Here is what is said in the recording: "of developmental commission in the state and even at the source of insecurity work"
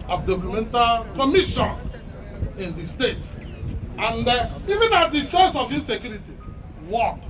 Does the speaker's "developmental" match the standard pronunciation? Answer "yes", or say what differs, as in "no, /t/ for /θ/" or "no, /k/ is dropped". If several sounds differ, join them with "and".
no, /p/ is dropped